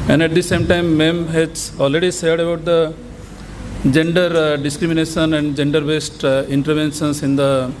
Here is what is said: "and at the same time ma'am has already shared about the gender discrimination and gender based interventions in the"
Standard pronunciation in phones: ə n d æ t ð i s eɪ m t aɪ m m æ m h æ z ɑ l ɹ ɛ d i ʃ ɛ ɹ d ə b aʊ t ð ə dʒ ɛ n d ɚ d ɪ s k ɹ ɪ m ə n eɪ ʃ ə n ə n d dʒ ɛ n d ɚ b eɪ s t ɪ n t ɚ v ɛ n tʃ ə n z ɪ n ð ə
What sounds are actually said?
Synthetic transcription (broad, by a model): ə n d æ t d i s eɪ m t aɪ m m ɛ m h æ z ɑ l ɹ ɛ d i s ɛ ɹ d ə b aʊ t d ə dʒ ɛ n d ɚ d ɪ s k ɹ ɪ m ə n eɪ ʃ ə n ə n d dʒ ɛ n d ɚ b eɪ s t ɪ n t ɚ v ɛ n ʃ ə n s ɪ n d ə